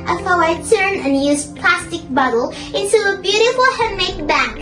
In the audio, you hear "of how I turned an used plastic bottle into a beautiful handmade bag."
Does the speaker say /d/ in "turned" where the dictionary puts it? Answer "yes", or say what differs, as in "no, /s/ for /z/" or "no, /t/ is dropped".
no, /d/ is dropped